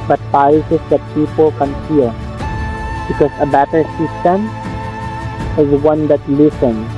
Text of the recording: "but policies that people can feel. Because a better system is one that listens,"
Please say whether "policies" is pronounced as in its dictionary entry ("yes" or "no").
no